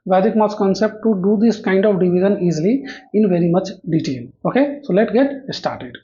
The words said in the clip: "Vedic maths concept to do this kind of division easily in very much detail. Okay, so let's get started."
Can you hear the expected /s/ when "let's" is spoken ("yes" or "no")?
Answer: no